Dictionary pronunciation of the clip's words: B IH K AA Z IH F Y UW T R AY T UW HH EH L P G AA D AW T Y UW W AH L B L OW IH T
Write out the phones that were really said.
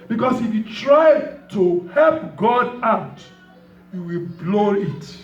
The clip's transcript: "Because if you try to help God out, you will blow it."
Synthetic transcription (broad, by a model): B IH K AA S IH F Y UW T R AY T UW HH EH L P G AA D AW T Y UW W AH L B L OW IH T